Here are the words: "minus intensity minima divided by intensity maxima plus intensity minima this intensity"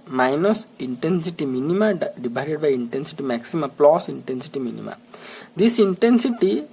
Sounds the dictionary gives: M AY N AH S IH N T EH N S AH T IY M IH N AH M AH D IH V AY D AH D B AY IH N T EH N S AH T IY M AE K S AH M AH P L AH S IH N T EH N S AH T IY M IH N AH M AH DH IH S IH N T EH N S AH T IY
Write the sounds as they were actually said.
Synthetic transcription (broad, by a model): M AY N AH S IH N T EH N S AH T IY M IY N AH M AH D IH B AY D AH D B AY IH N T EH N S AH T IY M AE K S AH M AH P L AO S IH N T EH N S AH T IY M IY N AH M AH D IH S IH N T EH N S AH T IY